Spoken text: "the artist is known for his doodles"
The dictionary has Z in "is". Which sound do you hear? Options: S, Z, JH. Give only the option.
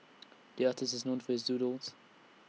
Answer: Z